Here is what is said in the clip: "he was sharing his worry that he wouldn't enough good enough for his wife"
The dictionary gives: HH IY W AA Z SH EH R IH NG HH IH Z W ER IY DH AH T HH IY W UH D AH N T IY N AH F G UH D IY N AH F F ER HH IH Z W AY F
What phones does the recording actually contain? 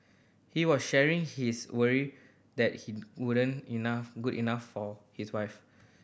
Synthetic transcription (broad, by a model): HH IY W AA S SH EH R IH NG HH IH S W ER IY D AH T HH IY W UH D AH N IY N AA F G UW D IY N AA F F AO HH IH S W AY F